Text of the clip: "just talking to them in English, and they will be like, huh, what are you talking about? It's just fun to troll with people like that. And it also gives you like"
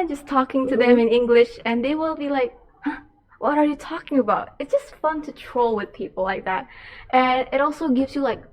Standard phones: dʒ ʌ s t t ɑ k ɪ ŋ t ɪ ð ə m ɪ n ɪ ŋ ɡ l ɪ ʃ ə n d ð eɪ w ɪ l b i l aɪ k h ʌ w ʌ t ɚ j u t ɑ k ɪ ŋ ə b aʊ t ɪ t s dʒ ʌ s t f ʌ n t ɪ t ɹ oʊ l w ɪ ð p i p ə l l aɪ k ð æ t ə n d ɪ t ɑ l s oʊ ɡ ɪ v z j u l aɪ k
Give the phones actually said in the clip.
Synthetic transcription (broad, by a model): dʒ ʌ s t t ɑ k ɪ ŋ t ɪ ð ə m ɪ n ɪ ŋ ɡ l ɪ ʃ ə n ð eɪ w ɪ l b i l aɪ k h ʌ w ʌ t ɚ j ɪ t ɑ k ɪ ŋ ə b aʊ t ɪ t s dʒ ʌ s t f ʌ n t ɪ t ɹ oʊ l w ɪ ð p i p l l aɪ k ð æ t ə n ɪ t ɑ l s oʊ ɡ ɪ v z j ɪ l aɪ k